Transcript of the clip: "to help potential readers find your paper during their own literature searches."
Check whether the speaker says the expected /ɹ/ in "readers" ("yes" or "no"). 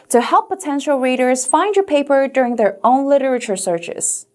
yes